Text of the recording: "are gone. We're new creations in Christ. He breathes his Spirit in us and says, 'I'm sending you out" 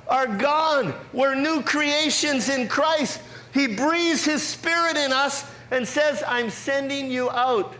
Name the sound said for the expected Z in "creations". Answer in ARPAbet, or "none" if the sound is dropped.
Z